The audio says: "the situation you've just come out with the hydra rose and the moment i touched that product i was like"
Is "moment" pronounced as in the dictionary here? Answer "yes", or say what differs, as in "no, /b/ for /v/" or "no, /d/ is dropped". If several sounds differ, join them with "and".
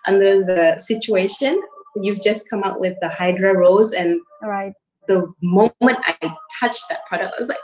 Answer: yes